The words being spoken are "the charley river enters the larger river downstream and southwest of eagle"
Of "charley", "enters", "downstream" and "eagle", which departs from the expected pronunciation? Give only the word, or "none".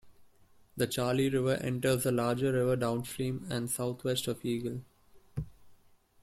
none